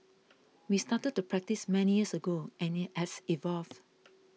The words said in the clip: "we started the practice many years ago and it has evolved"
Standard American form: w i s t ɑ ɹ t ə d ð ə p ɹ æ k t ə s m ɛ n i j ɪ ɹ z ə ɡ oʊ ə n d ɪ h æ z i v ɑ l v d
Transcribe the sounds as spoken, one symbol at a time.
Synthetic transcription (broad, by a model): w i s t ɑ t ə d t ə p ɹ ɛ k t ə s m ɛ n i j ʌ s ə ɡ oʊ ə n ɪ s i v ɑ l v